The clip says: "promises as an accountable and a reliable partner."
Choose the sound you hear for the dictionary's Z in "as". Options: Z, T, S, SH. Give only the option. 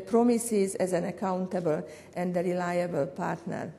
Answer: Z